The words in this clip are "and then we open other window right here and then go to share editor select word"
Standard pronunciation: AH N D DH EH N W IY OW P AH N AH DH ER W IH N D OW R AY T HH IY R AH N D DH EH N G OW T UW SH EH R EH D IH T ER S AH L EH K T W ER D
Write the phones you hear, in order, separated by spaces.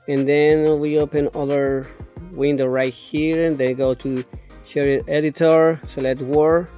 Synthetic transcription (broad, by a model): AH N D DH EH N W IY OW P AH N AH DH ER W IH N D OW R AY T HH IY R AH N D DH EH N G OW T UW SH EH R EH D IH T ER S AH L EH T W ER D